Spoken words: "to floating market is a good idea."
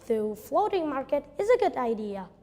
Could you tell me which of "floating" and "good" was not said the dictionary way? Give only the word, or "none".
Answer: none